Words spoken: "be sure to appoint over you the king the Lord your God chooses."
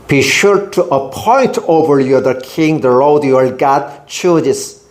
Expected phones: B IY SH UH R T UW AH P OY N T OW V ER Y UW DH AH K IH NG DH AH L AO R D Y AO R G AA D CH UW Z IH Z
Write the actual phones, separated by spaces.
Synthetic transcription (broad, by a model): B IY SH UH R T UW AH P OY N T OW V ER Y UW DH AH K IH NG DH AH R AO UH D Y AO L G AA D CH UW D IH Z